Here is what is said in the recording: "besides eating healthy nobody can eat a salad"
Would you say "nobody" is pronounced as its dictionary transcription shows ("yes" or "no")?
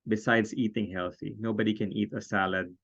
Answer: yes